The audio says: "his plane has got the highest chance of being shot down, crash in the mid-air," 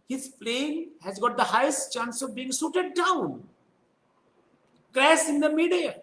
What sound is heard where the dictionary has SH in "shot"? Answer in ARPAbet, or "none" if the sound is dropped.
S